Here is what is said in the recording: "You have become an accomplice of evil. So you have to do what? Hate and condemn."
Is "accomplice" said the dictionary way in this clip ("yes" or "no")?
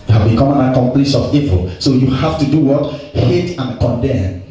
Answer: no